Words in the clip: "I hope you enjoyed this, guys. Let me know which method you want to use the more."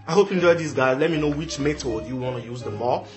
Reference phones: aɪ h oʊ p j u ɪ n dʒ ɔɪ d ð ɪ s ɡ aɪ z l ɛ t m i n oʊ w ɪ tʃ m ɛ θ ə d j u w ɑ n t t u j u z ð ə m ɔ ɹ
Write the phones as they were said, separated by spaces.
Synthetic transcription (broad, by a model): aɪ h oʊ p j u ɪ n dʒ ɔɪ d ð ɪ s ɡ aɪ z l ɛ t m i n oʊ w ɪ tʃ m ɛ t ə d j u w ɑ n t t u j u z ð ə m ɔ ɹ